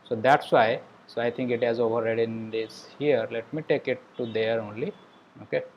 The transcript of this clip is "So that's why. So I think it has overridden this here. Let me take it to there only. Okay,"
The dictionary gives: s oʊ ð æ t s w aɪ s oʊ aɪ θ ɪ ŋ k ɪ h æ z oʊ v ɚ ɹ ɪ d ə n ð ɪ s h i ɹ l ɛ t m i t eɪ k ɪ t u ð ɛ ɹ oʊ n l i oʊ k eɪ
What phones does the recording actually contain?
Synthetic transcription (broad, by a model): s oʊ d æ t s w aɪ s oʊ aɪ t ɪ ŋ k ɪ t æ z oʊ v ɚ ɹ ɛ d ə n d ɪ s h i ɹ l ɛ t m i t eɪ k ɪ t u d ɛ ɹ oʊ n l i oʊ k eɪ